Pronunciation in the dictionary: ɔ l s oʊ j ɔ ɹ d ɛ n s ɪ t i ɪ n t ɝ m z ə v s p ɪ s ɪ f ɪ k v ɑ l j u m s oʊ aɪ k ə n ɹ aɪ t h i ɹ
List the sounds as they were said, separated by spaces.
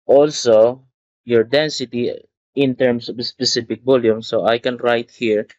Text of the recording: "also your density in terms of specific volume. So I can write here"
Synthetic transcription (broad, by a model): ɔ l s oʊ j ɔ ɹ d ɛ n s ɪ t i ɪ n t ɝ m s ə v s p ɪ s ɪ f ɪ k b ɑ l j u m s oʊ aɪ k ə n ɹ aɪ t h i ɹ